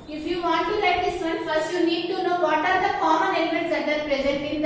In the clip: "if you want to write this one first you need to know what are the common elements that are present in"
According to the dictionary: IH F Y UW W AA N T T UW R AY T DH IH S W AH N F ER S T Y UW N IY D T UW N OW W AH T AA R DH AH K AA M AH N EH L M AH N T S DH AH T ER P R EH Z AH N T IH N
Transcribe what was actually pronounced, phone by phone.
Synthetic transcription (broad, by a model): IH F Y UW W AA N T T UW L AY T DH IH S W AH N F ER S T Y UW N IY D T UW N OW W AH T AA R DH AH K AA M AH N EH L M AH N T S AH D ER P R EH Z AH N T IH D